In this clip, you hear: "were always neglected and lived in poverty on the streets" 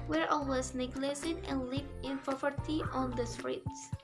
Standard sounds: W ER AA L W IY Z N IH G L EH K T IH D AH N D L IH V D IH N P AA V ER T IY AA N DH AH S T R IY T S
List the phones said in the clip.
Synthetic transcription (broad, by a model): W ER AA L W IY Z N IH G L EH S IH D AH N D L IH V IH N P AA V ER T IY AA N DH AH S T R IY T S